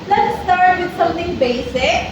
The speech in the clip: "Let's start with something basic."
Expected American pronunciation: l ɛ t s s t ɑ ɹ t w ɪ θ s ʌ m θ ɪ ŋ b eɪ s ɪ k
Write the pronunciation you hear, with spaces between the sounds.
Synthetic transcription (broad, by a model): l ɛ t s s t ɑ ɹ t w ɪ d s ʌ m t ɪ ŋ b eɪ s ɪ k